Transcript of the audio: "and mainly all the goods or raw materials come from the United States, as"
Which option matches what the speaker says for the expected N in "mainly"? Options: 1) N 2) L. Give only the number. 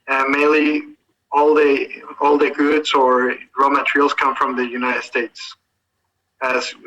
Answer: 2